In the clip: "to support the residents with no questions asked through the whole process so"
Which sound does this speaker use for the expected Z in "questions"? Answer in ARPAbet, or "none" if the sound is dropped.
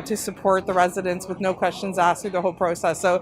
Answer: Z